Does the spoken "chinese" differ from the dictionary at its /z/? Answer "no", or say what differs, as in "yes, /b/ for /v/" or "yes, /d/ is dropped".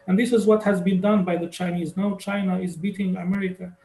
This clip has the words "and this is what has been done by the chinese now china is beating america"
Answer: no